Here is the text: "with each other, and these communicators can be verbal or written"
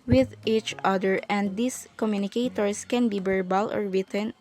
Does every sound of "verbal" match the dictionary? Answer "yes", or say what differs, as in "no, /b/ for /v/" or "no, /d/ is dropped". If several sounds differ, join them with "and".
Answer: no, /b/ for /v/